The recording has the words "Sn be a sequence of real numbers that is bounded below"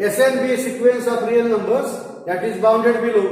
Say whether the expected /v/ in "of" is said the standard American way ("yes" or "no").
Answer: no